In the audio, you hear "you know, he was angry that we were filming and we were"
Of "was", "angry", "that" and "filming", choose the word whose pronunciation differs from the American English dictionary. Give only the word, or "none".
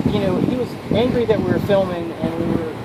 none